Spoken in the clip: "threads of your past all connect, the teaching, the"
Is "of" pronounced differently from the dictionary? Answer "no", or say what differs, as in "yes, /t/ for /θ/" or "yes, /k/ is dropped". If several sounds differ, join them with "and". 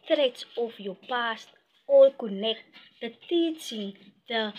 yes, /f/ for /v/